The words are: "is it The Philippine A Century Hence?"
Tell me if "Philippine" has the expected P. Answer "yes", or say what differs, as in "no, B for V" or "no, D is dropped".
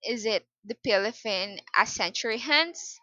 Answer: no, F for P